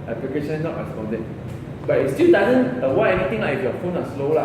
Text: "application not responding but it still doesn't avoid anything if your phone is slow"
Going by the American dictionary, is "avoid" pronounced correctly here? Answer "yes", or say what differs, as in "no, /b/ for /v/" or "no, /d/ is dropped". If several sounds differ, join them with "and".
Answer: no, /w/ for /v/ and /d/ is dropped